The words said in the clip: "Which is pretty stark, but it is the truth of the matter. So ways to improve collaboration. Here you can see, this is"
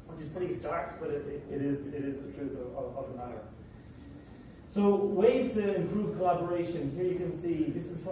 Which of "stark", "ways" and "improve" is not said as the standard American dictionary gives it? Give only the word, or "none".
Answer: ways